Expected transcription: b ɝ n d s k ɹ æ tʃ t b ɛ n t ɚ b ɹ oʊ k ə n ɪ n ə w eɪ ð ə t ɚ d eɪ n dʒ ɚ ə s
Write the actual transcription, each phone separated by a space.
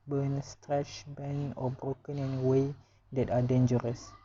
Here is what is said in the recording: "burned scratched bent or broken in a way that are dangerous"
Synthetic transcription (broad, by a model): b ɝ n s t ɹ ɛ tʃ b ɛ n ɔ b ɹ oʊ k ə n ɪ n w eɪ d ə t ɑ d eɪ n dʒ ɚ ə s